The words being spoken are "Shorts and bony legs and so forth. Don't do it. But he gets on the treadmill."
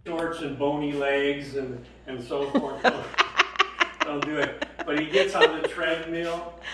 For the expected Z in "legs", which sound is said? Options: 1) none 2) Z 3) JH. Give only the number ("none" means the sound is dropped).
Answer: 2